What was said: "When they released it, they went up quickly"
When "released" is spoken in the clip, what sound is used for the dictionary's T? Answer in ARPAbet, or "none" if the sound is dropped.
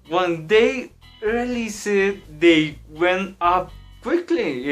none